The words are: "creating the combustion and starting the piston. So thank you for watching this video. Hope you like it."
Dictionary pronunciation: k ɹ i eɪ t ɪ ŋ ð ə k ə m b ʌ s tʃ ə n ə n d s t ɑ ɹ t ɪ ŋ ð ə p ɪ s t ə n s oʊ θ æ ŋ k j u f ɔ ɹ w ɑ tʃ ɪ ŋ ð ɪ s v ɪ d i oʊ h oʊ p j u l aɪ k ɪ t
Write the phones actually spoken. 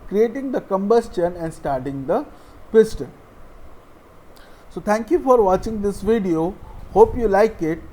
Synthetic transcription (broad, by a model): k ɹ i eɪ t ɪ ŋ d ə k ə m b ʌ s tʃ ə n ə n d s t ɑ ɹ t ɪ ŋ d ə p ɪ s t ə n s oʊ t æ ŋ k j u f ɔ ɹ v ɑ tʃ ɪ ŋ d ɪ s v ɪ d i oʊ h oʊ p j u l aɪ k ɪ t